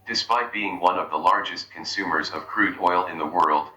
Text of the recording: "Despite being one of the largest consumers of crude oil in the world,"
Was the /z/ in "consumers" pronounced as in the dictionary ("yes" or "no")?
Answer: yes